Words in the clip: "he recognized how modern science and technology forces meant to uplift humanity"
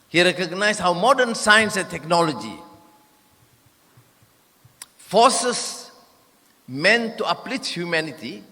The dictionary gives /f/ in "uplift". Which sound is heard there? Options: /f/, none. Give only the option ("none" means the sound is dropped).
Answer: none